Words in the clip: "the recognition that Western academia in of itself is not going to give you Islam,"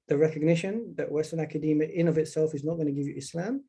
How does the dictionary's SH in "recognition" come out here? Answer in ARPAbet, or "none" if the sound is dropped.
SH